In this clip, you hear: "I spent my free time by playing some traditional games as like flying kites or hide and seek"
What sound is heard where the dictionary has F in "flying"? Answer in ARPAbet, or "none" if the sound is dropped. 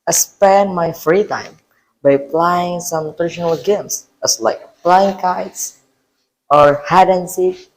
P